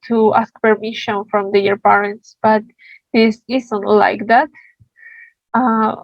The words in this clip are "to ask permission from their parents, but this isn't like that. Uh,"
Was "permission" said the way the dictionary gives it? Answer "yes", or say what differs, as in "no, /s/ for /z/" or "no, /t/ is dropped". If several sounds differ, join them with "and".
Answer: yes